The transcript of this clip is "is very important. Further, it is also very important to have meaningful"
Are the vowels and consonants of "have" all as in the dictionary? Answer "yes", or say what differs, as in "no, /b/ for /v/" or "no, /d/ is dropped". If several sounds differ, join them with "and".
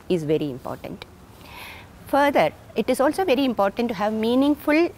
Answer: yes